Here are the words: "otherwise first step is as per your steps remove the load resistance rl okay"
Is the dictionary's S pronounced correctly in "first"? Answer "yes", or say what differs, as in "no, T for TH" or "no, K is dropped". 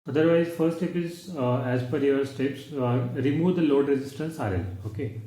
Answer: no, S is dropped